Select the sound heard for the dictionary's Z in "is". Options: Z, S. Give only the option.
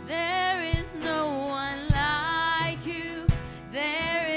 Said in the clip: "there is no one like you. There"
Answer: Z